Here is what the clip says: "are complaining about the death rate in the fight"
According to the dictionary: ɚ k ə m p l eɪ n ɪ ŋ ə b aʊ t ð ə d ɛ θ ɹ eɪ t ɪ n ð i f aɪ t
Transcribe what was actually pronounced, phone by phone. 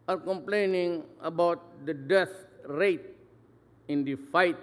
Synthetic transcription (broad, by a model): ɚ k ə m p l eɪ n ɪ ŋ ə b aʊ t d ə d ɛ t ɹ eɪ t ɪ n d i f aɪ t